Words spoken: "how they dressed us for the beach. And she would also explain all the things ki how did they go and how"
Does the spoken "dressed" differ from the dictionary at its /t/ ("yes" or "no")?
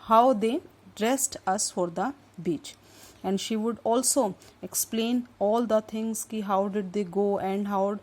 no